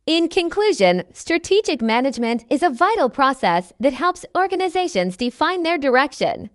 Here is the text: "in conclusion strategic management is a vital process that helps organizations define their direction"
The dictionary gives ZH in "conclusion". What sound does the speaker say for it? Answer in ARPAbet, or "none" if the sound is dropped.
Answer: ZH